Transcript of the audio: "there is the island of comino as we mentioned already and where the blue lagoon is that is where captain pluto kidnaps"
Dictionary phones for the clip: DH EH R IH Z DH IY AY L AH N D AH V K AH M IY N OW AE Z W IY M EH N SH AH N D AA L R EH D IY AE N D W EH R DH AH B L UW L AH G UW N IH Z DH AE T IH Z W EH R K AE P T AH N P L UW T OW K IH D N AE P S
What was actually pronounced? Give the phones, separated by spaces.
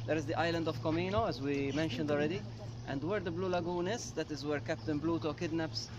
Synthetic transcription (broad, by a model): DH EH R IH Z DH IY AY L AH N D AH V K AH M IY N OW AE Z W IY M EH N SH AH N D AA L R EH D IY AE N D W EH R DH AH B L UW L AH G UW N IH Z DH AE T IH Z W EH R K AE P T AH N B L UW T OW K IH D N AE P S